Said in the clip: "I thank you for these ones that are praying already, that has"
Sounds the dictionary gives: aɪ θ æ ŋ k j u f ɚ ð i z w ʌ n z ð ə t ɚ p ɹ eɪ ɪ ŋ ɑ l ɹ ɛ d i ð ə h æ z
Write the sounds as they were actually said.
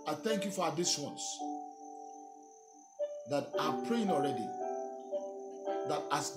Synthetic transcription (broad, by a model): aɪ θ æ ŋ k j u f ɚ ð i s w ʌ n s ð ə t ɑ p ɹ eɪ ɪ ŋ ɑ l ɹ ɛ d i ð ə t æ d